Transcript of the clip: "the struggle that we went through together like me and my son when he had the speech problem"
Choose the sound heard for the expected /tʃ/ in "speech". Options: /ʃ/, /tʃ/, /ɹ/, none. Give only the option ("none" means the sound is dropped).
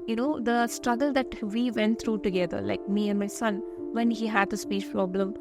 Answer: /ʃ/